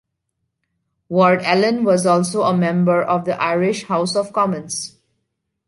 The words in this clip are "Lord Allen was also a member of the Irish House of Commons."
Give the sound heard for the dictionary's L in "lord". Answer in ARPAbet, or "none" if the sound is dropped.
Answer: W